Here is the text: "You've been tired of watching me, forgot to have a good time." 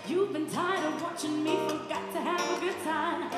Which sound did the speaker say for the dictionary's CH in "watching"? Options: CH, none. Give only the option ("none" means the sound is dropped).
CH